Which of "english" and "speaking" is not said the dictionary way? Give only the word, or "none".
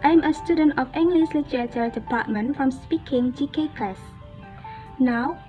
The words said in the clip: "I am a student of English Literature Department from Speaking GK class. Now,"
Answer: english